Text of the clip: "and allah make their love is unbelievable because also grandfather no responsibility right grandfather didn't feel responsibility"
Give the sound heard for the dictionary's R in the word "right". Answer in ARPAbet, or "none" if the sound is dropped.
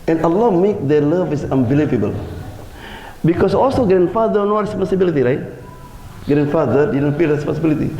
R